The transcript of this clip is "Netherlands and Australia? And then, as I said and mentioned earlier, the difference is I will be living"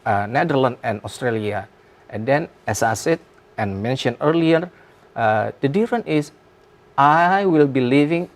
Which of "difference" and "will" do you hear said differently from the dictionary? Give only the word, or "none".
difference